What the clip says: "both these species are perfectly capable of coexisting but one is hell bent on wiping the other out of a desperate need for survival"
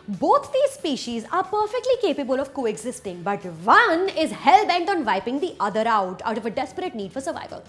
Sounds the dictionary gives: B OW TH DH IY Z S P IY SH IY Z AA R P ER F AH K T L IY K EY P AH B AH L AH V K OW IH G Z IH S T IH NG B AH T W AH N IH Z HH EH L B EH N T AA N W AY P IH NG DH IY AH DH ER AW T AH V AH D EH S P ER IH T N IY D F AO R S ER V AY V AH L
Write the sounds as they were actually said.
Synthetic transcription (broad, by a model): B OW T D IY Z S P IY SH IY Z AA R P ER F AH K T L IY K EY P AH B AH L AH V K OW IH G Z IH S T IH NG B AH T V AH N IH Z HH EH L B EH N T AA N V AY P IH NG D IY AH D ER AW T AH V AH D EH S P ER IH T N IY D F AO R S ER V AY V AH L